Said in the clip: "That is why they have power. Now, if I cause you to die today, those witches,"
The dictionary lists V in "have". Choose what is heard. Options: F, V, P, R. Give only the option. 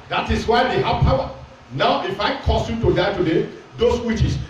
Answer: P